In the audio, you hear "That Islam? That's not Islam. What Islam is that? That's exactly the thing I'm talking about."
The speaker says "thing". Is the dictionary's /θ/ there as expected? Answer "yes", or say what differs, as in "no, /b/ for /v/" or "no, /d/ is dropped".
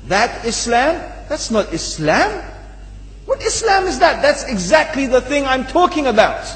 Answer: yes